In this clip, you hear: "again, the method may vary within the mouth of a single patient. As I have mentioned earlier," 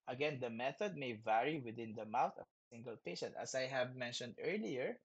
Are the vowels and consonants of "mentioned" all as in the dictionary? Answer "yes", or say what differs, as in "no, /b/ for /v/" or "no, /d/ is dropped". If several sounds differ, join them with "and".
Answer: yes